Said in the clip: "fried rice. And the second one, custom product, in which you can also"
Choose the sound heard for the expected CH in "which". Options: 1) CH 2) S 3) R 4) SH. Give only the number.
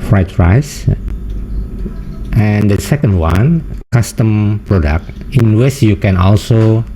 2